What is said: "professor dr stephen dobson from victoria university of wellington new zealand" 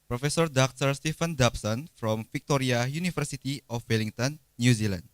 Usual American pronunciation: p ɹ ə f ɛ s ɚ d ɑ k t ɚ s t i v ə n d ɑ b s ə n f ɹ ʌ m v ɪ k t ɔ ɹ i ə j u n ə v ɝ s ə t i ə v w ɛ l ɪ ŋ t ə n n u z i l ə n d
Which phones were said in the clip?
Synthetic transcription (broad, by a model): p ɹ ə f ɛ s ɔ d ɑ k t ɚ s t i f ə n d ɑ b s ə n f ɹ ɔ m f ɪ k t ɔ ɹ i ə j u n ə f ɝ s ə t i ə f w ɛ l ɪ ŋ t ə n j u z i l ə n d